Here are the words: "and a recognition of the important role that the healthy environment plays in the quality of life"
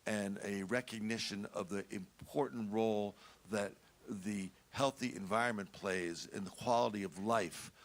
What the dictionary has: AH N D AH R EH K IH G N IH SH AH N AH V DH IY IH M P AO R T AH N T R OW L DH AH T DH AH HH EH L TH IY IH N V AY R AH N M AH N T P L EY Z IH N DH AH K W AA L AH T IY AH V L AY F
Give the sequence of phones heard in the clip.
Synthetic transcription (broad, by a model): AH N AH R EH K IH G N IH SH AH N AH V DH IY IH M P AO R T N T R OW L DH AH T DH AH HH EH L TH IY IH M V AY R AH N M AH N P L EY Z IH N DH AH K W AA L AH T IY AH V L AY F